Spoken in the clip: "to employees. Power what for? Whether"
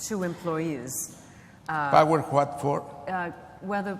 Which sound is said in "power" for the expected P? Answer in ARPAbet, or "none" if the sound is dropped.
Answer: B